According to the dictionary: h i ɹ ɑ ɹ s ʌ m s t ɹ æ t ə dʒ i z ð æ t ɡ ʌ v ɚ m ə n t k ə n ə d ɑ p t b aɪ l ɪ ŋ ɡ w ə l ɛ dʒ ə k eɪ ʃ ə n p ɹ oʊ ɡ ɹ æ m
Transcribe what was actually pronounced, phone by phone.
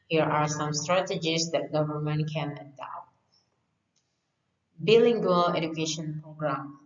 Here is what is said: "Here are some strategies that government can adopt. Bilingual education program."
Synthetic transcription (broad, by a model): h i ɹ ɑ ɹ s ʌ m s t ɹ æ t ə dʒ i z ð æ t ɡ ʌ v ɚ m ə n t k ə n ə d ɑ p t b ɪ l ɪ ŋ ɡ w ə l ɛ dʒ ə k eɪ ʃ ə n p ɹ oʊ ɡ ɹ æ m